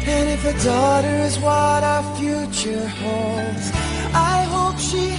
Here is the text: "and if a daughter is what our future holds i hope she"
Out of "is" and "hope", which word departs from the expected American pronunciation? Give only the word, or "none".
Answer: none